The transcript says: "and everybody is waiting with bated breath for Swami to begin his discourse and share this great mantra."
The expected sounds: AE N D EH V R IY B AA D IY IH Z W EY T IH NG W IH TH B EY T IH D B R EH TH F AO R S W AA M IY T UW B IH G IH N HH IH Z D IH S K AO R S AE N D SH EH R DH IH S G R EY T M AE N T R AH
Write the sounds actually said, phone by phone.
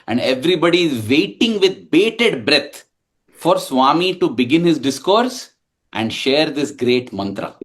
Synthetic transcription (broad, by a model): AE N D EH V R IY B AA D IY IH Z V EY T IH NG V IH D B EY T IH D B R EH T F AO R S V AA M IY T UW B IH G IH N HH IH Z D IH S K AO R S AE N D SH EH R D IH S G R EY T M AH N T R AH